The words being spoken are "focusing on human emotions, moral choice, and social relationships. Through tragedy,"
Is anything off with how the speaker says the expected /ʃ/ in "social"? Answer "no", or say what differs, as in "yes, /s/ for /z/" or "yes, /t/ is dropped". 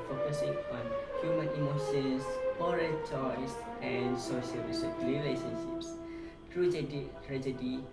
yes, /s/ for /ʃ/